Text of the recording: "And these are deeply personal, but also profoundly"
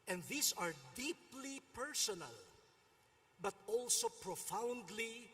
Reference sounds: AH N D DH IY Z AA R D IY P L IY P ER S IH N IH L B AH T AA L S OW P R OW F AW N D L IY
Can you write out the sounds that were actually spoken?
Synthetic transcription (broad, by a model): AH N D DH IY S AA R D IY P L IY P ER S IH N IH L B AH T AA L S OW P R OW F AW N D L IY